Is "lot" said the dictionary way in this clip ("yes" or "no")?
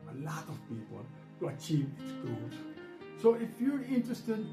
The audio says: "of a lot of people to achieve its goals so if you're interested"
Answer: yes